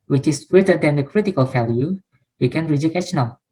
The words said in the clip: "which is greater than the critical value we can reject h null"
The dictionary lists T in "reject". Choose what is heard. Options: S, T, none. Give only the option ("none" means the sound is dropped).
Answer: none